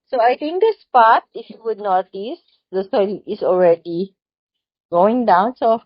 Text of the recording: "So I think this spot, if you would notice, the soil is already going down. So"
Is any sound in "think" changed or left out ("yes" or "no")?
yes